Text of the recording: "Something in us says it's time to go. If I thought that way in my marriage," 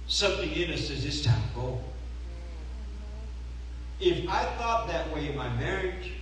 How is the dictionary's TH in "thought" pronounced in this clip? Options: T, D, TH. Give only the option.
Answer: TH